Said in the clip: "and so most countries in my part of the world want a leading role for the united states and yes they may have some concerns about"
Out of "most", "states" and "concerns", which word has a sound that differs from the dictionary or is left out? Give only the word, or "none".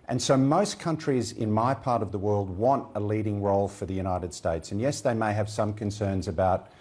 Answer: none